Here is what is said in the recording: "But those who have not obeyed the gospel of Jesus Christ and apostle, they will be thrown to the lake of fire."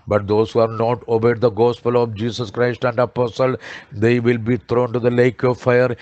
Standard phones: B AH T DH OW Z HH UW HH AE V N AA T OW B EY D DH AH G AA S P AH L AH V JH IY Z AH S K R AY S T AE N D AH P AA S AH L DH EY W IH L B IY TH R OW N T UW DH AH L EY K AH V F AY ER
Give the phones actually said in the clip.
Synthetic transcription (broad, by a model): B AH T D OW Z HH UW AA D N AA T OW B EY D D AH G AA S P AH L AH V JH IY S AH S K R AY S T AE N D AH P AA S AH L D EY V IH L B IY T R OW N T UW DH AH L EY K AH V F AY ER